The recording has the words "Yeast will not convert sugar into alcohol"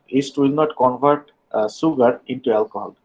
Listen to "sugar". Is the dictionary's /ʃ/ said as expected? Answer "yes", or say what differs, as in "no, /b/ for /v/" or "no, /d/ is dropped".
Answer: no, /s/ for /ʃ/